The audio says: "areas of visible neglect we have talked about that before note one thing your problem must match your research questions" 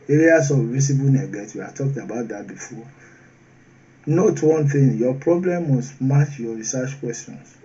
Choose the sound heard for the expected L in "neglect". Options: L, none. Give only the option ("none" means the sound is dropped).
none